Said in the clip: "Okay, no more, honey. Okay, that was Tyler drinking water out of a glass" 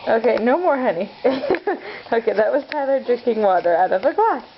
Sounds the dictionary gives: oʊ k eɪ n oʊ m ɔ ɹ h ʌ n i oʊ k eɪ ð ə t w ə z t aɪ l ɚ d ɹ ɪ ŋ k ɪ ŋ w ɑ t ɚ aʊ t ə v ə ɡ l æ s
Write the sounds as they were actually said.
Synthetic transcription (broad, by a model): oʊ k eɪ n oʊ m ɔ ɹ h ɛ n i oʊ k eɪ ð ə t w ə z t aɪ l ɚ d ɹ ɪ ŋ k ɪ ŋ w ɑ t ɚ aʊ t ə v ə ɡ l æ s